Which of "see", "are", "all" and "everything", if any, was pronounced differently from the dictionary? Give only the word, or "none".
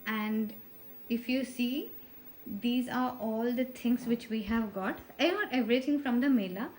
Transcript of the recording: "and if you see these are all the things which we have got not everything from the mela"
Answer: everything